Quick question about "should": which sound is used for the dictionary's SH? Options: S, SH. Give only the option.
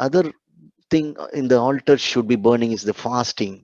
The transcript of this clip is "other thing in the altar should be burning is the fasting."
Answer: SH